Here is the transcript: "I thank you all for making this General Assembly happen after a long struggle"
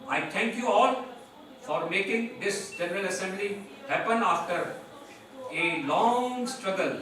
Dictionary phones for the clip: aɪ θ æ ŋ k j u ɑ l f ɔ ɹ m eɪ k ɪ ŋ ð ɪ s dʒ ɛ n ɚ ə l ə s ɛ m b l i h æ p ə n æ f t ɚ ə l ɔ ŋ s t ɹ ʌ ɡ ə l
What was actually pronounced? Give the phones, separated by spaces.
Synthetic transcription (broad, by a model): aɪ t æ ŋ k j u ɑ l f ɔ ɹ m eɪ k ɪ ŋ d ɪ s dʒ ɛ n ɚ ə l ə s ɛ m b l i h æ p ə n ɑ f t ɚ ə l ɔ ŋ s t ɹ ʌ ɡ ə l